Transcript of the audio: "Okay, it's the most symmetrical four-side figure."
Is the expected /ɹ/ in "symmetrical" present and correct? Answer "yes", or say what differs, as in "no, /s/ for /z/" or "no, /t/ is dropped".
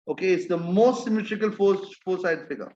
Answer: no, /ɹ/ is dropped